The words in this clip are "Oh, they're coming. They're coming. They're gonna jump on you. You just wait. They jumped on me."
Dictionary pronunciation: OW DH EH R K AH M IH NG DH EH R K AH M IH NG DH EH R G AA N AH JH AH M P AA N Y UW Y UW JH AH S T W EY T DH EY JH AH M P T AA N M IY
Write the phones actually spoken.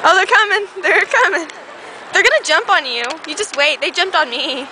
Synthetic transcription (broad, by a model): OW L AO K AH M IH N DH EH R K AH M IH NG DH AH R G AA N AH JH AH M P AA N Y UW Y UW JH AH S T W EY T DH EY JH AH M P T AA N M IY